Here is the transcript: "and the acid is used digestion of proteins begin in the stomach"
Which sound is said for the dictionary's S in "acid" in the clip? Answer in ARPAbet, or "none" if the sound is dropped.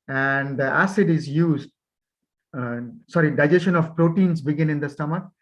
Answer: S